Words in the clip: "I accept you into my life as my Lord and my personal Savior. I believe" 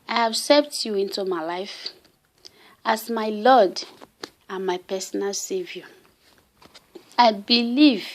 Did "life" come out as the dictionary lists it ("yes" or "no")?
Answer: yes